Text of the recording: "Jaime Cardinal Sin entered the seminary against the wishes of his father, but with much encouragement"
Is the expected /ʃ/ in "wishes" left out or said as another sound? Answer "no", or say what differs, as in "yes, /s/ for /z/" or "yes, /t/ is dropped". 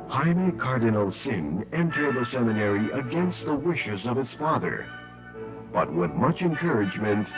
no